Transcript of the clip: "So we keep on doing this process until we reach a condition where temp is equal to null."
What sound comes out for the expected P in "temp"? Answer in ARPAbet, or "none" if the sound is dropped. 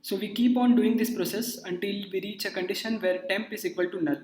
P